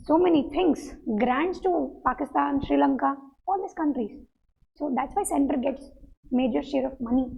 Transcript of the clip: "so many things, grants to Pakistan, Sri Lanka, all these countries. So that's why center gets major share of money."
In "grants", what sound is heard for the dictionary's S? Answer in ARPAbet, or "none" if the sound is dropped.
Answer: S